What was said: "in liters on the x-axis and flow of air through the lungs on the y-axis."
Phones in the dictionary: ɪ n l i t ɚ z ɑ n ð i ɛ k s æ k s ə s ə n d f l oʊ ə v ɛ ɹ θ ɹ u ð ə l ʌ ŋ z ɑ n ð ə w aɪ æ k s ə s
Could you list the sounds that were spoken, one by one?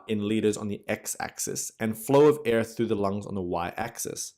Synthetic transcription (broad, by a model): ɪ n l i t ɚ z n ð i ɛ k s æ k s ə s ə n f l oʊ ə v ɛ ɹ θ ɹ u ð ə l ʌ ŋ z n ð ə w aɪ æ k s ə s